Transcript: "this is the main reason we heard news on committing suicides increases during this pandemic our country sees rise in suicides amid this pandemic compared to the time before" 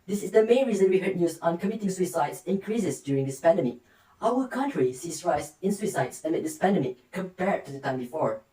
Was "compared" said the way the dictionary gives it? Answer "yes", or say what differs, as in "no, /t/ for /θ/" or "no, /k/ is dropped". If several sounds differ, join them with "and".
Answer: yes